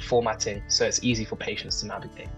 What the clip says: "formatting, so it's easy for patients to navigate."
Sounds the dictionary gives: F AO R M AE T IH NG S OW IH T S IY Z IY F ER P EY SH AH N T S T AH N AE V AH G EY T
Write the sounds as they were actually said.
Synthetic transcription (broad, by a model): F AO M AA T IH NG S OW IH T S IY Z IY F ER P EY SH AH N T S T AH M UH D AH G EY